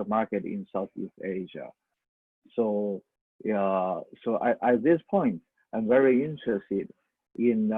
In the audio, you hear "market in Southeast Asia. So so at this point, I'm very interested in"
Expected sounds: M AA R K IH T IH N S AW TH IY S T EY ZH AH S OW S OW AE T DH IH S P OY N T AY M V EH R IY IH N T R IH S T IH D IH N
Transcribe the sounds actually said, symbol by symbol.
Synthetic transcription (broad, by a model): M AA R K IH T IH N S AW TH IY S T EY ZH AH S OW S OW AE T DH IH S P OY N T AY M V EH R IY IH N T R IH S T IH D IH N